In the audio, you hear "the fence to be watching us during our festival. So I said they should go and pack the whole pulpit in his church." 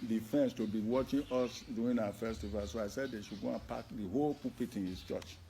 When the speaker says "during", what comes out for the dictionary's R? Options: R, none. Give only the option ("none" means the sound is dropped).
none